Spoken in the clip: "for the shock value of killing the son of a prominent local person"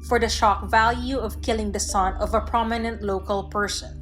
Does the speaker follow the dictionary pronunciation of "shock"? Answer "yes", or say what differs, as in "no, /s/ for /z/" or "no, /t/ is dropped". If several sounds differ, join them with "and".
yes